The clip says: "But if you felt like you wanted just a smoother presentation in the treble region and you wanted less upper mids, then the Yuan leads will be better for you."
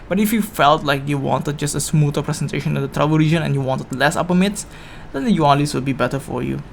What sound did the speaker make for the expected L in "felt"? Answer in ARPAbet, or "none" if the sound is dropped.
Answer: L